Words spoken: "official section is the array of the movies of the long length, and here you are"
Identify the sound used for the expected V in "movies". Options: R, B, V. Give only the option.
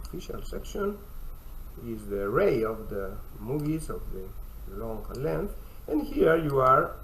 V